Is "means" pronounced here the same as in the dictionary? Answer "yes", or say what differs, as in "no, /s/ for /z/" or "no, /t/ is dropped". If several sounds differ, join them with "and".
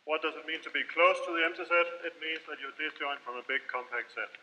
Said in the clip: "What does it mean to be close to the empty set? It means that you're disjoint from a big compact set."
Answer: yes